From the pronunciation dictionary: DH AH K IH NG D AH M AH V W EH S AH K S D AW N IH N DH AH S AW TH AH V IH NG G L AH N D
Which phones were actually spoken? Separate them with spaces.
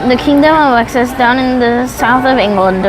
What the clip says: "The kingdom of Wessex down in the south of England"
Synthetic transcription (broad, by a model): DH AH K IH NG D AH M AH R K S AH S D AW N IH N DH AH S AW TH AH V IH NG G L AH N D